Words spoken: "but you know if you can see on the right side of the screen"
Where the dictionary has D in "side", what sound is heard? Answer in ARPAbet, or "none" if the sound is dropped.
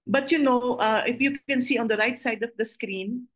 D